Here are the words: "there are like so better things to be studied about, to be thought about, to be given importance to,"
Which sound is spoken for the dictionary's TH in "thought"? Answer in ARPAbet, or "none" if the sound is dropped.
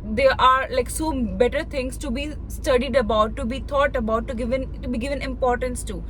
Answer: T